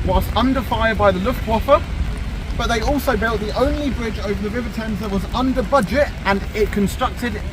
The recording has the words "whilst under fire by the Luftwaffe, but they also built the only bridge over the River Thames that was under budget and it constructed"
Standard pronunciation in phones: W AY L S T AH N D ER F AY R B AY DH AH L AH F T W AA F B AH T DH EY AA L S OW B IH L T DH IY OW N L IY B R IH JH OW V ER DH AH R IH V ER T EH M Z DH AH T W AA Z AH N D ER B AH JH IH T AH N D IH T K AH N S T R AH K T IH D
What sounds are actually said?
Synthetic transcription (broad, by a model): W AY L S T AH N D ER F AY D B AY DH AH L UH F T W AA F B AH T DH EY AA L S OW B IH L T DH IY OW N L IY B R IH JH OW V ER DH AH R IH V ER T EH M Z DH AH T W AA Z AH N D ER B AH JH IH T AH N IH T K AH N S T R AH K T IH D